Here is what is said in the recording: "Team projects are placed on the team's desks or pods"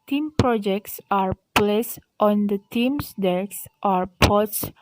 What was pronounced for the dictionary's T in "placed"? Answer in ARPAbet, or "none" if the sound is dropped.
T